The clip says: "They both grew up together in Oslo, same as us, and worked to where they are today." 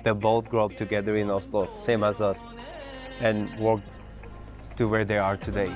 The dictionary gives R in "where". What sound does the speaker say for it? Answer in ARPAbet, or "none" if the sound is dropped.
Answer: R